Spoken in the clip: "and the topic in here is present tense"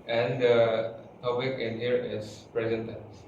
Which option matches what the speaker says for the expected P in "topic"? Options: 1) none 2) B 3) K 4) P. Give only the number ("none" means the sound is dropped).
2